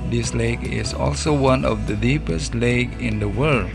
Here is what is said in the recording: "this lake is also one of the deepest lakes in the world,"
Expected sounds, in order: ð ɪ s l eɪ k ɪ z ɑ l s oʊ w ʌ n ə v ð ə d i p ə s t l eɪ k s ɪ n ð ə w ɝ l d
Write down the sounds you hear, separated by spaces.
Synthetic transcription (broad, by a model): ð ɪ s l eɪ k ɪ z ɑ l s oʊ w ʌ n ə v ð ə d i p ə s t l eɪ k ɪ n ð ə w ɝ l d